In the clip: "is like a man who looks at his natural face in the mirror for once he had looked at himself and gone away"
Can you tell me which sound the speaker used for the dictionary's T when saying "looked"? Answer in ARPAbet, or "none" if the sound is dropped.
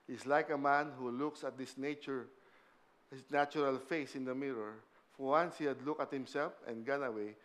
none